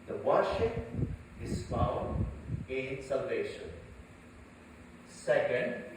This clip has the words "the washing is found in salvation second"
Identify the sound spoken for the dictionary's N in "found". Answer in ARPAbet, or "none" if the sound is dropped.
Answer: none